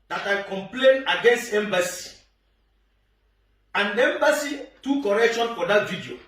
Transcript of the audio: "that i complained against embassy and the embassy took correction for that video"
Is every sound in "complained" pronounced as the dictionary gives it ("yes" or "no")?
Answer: no